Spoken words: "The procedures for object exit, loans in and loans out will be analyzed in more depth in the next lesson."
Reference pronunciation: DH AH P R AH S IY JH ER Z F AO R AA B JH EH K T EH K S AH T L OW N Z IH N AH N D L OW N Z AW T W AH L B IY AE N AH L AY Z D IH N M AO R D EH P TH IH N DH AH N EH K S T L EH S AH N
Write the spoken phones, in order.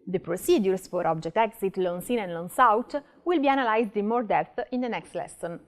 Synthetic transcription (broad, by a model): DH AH P R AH S IY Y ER S F AO R AA B JH EH K T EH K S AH T L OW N S IH N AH N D L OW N S AW T W AH L B IY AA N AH L AY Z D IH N M AO R D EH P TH IH N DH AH N EH K S T L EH S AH N